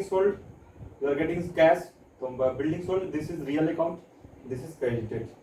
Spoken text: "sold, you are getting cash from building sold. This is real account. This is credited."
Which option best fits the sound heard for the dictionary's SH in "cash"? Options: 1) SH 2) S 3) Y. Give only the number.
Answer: 2